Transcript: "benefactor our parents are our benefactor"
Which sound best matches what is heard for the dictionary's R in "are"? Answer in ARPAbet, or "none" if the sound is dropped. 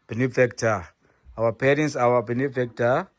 W